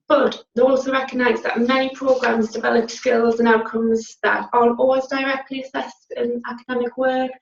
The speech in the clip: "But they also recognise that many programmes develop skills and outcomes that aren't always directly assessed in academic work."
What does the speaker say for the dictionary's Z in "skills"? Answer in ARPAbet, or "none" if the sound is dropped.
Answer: Z